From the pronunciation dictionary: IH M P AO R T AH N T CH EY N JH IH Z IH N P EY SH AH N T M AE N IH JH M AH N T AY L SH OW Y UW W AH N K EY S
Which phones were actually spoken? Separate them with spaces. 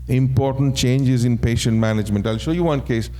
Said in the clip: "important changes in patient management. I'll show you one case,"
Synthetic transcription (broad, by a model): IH M P AO R T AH N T CH EY N JH IH Z IH N P EY SH AH N T M AE N IH JH M AH N T AY L SH OW Y UW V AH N K EY S